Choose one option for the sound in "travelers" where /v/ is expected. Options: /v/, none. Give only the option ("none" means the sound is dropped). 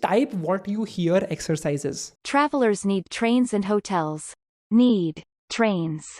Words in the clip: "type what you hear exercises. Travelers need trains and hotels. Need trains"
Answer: /v/